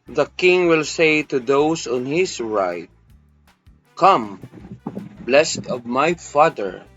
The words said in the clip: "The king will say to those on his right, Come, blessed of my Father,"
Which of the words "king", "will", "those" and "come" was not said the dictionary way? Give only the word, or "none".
those